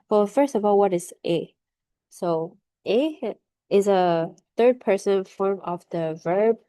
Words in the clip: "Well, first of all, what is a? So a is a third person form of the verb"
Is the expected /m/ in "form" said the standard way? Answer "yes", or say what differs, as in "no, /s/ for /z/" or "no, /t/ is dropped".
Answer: yes